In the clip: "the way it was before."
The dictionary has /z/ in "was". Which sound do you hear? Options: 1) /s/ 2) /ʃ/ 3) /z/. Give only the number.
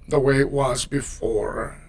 3